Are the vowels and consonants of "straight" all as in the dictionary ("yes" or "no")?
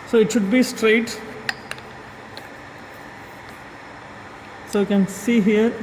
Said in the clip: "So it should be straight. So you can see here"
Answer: yes